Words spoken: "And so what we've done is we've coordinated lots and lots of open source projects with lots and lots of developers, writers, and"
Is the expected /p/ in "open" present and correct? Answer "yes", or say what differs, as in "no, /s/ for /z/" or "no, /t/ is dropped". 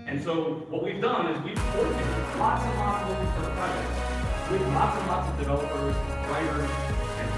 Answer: no, /p/ is dropped